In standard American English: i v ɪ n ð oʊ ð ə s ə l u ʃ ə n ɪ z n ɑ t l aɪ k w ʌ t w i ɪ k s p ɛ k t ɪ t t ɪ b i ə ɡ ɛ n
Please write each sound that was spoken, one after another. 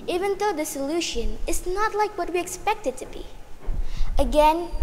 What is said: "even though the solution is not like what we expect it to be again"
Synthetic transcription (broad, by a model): i v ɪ n ð oʊ ð ə s ə l u ʃ ə n ɪ z n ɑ t l aɪ k w ʌ t w i ɪ k s p ɛ k t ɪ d t ɪ b i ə ɡ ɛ n